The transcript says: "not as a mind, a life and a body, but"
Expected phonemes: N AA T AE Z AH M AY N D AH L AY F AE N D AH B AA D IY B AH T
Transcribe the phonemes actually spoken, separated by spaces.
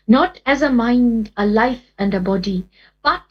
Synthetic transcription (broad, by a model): N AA T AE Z AH M AY N D AH L AY F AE N D AH B AA D IY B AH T